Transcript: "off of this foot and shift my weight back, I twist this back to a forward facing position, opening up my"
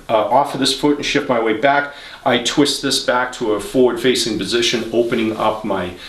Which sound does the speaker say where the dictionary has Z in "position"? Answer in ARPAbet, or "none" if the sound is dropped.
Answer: Z